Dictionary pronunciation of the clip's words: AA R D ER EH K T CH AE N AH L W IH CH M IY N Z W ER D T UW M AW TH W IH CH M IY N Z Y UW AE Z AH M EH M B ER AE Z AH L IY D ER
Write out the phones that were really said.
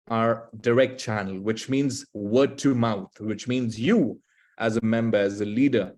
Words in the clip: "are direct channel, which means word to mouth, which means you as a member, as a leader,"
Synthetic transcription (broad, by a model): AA R D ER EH K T CH AE N AH L W IH CH M IY N Z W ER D T UW M AW T W IH CH M IY N Z Y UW AE Z AH M EH M B ER AE Z AH L IY D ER